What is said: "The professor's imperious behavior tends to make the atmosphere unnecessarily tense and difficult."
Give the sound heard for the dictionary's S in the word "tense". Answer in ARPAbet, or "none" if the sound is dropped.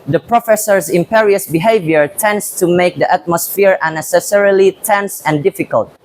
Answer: S